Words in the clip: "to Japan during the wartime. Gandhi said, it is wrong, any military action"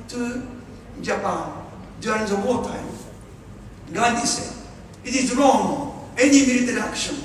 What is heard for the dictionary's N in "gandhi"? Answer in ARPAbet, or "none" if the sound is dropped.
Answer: none